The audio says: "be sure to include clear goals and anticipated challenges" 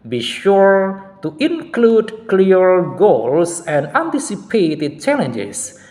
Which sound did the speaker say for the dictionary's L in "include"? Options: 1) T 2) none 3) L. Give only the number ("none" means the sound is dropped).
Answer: 3